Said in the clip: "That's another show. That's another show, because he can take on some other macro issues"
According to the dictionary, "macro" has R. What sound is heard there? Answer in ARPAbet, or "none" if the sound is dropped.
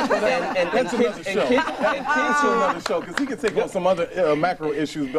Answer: R